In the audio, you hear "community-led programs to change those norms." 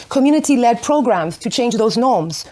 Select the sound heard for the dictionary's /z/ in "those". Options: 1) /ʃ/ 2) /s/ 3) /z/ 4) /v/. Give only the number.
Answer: 3